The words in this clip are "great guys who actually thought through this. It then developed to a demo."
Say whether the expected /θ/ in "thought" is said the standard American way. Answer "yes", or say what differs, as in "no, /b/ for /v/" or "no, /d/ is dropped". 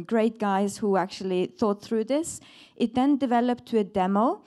yes